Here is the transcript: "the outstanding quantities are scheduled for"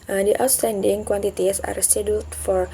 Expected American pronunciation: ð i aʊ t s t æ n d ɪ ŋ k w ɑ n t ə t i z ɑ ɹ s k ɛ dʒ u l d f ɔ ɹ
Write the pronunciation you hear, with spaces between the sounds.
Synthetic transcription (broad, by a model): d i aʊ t s t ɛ n d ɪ ŋ k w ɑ n t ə t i s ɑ ɹ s ɛ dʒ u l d f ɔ ɹ